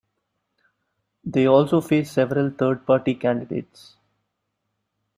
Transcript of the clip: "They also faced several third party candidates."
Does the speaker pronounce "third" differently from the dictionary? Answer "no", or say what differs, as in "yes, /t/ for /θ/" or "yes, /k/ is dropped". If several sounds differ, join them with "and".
yes, /t/ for /θ/